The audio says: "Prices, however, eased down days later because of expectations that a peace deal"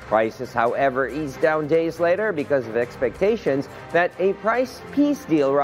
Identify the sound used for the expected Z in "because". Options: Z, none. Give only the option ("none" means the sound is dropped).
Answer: Z